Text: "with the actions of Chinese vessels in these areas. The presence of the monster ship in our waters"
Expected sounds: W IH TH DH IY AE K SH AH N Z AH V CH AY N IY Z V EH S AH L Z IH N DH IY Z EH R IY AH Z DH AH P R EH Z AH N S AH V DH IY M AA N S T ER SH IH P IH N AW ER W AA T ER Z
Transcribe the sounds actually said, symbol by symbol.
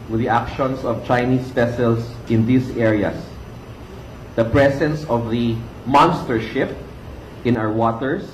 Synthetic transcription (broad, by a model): W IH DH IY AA K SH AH N S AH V CH AY N IY S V EH S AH L S IH N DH IY S EH R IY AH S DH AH P R EH S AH N S AH V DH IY M AA N S T ER SH IH P IH N AW ER W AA T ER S